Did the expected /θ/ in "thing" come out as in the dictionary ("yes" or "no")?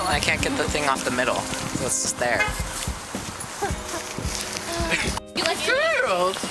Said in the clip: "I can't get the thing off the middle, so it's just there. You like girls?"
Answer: yes